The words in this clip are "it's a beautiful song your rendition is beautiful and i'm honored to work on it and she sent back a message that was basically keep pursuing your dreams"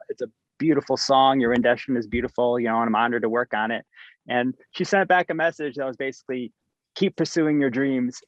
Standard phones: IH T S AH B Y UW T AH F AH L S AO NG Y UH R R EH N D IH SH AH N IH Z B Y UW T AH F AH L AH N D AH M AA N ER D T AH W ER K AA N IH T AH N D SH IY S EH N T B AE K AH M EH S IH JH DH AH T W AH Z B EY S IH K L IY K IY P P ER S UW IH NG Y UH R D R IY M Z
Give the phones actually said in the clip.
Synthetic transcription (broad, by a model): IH T S AH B Y UW T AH F L S AO NG Y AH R R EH N D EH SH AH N IH Z B Y UW T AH F L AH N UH AH M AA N ER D T AH W ER K N IH T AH N SH IY S EH N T B AE K AH M EH S IH JH DH AH T W AH Z B EY S IH K L IY K IY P P ER S UW IH NG Y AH R D R IY M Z